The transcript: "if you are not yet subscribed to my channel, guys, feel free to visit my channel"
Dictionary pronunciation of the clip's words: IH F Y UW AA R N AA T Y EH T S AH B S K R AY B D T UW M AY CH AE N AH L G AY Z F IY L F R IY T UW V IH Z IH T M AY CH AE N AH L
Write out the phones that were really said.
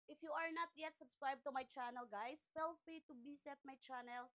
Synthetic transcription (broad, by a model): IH F Y UW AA R N AA T Y EH T S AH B S K R AY B T UW M AY CH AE N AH L G AY S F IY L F R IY T UW B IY S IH T M AY CH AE N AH L